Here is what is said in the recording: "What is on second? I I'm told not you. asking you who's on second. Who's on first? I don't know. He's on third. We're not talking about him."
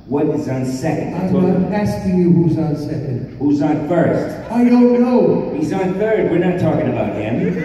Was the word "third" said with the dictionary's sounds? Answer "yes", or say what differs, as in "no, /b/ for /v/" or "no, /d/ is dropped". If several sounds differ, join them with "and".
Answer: yes